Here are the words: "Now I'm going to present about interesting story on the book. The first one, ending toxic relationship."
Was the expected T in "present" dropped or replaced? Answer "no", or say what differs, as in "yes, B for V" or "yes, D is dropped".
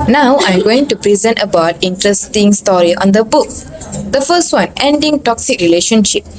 no